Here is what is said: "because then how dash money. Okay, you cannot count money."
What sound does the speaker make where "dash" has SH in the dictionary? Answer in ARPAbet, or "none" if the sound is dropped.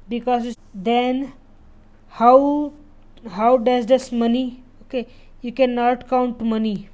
S